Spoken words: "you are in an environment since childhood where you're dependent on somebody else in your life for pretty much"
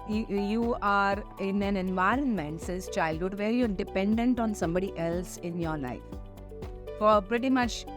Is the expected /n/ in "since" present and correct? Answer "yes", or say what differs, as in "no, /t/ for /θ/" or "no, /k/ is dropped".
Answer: no, /n/ is dropped